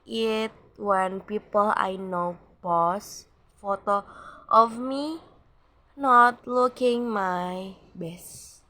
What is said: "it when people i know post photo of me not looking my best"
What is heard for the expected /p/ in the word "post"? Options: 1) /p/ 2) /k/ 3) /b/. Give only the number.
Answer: 3